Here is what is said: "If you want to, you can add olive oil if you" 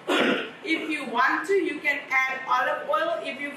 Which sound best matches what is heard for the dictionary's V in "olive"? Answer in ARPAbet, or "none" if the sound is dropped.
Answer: none